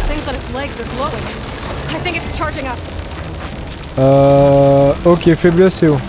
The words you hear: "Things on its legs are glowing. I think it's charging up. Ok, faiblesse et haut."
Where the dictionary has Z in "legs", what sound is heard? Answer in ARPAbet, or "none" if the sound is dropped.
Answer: Z